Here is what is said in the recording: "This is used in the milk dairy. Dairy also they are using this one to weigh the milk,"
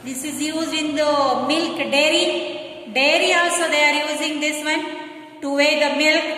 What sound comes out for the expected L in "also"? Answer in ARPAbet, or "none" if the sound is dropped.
none